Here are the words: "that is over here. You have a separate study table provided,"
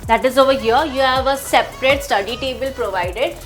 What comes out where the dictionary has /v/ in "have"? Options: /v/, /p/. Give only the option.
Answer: /v/